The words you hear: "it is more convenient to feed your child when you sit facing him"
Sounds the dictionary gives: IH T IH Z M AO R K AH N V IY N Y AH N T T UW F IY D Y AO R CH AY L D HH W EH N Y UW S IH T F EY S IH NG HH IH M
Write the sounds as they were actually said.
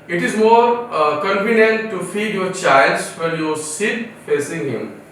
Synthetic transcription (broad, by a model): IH T IH Z M AO R K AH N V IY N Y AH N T T UW F IY D Y AO R CH AY L D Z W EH L Y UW S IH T F EY S IH NG HH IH M